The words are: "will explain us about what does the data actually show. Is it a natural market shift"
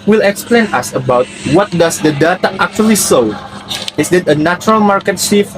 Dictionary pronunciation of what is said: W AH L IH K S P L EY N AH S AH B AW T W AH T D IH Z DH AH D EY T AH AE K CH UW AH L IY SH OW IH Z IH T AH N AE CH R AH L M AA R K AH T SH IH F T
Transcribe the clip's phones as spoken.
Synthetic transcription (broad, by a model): W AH L IH K S P L EY N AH S AH B AW T W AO T D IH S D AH D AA T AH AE K CH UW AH L IY S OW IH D IH T AH N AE CH R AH L M AA R K AH T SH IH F